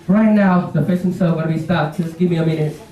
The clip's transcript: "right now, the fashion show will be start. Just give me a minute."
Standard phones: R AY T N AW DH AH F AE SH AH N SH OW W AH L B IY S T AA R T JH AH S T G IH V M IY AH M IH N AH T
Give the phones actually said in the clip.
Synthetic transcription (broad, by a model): R AY T N AW DH AH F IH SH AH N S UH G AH N B IY S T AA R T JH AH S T G IH V M IY AH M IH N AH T